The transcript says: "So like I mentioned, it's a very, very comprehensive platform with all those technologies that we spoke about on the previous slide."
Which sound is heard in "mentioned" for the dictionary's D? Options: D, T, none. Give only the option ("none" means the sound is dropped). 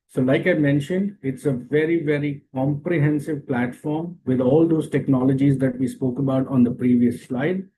D